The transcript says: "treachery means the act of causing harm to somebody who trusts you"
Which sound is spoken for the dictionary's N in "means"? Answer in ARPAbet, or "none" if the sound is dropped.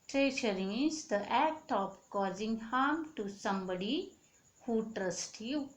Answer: none